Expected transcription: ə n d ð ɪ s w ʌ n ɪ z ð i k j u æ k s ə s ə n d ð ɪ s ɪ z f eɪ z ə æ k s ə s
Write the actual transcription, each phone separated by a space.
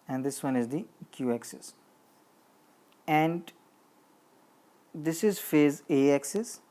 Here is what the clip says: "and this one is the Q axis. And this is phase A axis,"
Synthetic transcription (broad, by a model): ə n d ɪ s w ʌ n ɪ z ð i k j u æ k s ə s ə n d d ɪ s ɪ z f eɪ z ə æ k s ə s